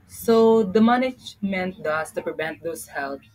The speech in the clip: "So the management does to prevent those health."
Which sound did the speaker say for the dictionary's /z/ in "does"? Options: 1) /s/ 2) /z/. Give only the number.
1